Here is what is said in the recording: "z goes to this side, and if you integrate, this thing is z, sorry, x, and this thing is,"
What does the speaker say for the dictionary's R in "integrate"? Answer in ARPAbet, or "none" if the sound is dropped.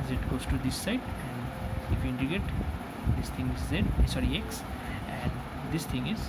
none